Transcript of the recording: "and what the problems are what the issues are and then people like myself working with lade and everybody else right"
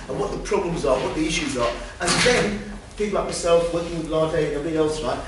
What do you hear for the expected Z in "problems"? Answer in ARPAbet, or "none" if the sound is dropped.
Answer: Z